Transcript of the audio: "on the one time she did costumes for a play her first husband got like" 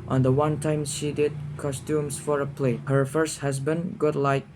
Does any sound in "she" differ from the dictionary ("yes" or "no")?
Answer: no